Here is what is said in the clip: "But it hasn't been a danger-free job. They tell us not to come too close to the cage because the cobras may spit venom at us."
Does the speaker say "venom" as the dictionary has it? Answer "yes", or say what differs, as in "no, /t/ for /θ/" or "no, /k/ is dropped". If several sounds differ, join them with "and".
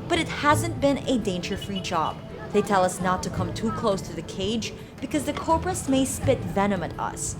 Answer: yes